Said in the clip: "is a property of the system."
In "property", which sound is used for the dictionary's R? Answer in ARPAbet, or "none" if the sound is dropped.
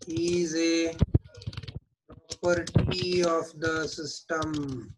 none